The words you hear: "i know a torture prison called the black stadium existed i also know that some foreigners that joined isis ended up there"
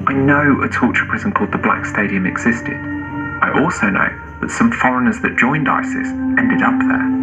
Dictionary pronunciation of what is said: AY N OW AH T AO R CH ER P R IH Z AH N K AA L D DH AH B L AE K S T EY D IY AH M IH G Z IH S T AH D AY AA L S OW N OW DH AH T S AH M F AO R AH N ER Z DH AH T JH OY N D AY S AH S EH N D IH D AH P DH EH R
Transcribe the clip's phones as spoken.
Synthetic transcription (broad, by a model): AY N OW AH T AO CH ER P R IH Z AH N K AA L D DH AH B L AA K S T EY D IY AH M IH G Z IH S T AH D AY AA L S OW N OW DH AH T S AH M F AO R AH N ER Z DH AH T JH OY N D AY S AH S EH N D IH D AH P DH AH